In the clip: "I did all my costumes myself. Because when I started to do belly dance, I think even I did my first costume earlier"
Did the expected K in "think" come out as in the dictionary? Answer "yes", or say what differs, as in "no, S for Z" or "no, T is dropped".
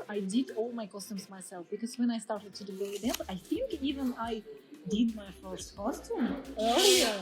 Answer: yes